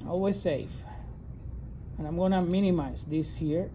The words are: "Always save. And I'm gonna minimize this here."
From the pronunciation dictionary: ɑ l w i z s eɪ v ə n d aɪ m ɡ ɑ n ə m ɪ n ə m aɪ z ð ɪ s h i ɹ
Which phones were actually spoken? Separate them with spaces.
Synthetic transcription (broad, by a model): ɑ l w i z s eɪ f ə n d aɪ m ɡ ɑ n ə m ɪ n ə m aɪ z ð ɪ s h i ɹ